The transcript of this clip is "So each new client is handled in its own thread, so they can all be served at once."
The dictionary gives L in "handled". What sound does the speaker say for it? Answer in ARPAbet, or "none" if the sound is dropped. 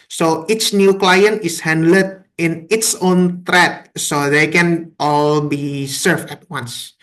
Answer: none